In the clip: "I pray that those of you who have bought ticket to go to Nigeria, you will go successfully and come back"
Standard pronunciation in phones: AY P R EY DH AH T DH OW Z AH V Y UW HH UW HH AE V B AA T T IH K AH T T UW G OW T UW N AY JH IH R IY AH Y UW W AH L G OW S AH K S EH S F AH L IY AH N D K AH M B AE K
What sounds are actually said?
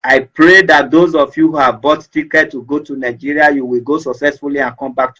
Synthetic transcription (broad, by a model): AY P R EY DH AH T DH OW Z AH F Y UW HH UW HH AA V B AA T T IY K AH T T UW G OW T UW N AY JH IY R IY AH Y UW W AH L G OW S AH K S EH S F AH L IY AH N K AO M B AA K